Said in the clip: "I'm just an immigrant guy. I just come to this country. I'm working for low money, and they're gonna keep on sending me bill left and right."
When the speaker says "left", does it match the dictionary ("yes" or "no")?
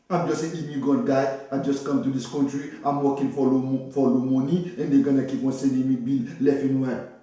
no